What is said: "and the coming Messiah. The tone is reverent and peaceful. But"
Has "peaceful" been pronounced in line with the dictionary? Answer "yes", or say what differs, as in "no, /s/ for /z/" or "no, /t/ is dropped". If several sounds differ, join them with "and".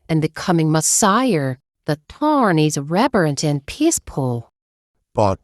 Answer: no, /p/ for /f/